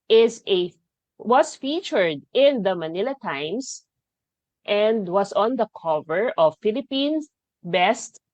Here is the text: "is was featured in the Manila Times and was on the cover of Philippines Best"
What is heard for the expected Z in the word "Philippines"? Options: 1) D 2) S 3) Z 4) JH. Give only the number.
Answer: 2